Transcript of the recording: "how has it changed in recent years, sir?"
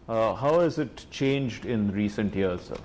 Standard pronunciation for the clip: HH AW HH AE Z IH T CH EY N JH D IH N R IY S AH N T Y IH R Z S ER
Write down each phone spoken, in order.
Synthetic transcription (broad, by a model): HH AW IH Z IH T CH EY N JH D IH N R IY S AH N T Y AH R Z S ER